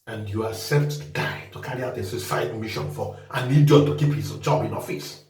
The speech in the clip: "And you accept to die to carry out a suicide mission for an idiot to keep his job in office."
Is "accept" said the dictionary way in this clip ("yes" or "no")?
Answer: no